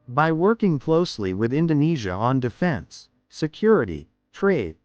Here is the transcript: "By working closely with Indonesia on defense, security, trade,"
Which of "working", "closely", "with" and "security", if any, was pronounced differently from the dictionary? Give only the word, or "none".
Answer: none